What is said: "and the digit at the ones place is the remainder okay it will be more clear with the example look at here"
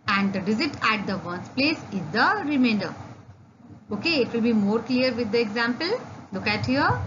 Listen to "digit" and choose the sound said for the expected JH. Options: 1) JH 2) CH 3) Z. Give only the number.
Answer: 3